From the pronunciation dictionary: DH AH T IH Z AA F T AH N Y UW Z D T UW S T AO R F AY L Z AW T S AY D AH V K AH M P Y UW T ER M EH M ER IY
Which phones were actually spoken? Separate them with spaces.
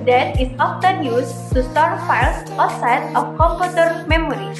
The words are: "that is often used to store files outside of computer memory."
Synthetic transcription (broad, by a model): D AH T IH S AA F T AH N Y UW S T UW S T AO R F AY L S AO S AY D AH F K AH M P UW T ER M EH M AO IY